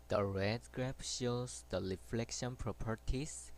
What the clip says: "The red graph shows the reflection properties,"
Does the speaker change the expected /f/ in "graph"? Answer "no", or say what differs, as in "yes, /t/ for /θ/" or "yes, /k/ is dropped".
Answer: yes, /p/ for /f/